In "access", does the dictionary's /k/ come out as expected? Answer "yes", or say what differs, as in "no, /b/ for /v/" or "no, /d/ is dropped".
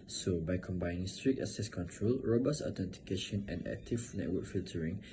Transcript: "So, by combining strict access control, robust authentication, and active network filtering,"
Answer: no, /k/ is dropped